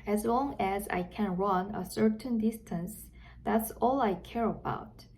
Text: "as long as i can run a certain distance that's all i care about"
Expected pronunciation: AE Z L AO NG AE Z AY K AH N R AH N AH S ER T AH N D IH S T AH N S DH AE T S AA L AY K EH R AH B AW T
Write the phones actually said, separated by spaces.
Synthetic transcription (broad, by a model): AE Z L AO NG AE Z AY K AH N R AH N AH S ER T AH N D IH S T AH N S DH AE T S AA L AY K EH R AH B AW T